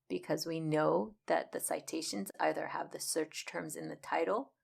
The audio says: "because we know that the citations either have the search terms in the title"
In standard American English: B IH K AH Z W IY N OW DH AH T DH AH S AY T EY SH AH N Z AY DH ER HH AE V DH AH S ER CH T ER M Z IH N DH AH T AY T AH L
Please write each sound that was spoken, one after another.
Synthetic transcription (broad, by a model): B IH K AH Z W IY N OW DH AH T DH AH S AY T EY SH AH N Z AY DH ER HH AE V DH AH S ER CH T ER M Z IH N DH AH T AY T L